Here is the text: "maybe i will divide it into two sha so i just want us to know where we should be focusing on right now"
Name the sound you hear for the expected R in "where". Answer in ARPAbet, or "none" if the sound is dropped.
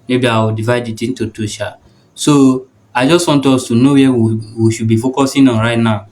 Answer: W